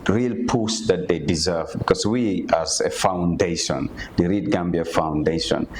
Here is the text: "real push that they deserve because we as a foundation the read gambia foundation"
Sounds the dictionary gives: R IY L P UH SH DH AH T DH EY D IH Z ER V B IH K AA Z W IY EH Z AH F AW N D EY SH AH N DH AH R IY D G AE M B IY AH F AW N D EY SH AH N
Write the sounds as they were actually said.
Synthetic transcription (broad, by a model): R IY L P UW S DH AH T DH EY D IH Z ER V B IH K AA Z W IY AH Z AH F AW N D EY SH AH N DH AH R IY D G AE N B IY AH F AW N D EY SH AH N